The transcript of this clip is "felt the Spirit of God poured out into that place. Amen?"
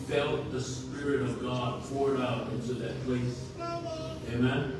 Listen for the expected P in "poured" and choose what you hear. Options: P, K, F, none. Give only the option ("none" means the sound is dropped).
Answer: F